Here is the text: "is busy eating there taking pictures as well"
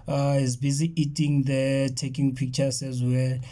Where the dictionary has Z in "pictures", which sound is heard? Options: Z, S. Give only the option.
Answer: S